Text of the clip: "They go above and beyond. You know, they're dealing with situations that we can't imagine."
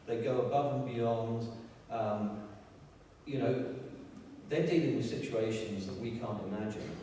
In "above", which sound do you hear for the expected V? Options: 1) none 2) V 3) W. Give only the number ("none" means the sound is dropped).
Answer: 2